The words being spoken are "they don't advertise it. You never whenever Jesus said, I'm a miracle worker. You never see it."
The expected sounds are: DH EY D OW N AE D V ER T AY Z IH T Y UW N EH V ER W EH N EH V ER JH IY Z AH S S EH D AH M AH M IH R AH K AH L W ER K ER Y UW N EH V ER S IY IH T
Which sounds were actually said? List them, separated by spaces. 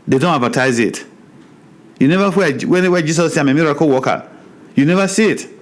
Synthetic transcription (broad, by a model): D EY D OW N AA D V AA T AY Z IH T Y UW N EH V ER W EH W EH W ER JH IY S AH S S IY AH M AH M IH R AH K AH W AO K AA Y UW N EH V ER S IY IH T